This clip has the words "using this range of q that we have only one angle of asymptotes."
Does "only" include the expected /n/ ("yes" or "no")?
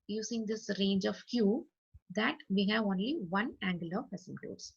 yes